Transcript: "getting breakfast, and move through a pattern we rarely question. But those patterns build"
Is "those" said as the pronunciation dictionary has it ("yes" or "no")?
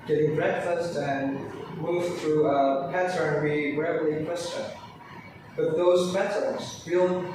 yes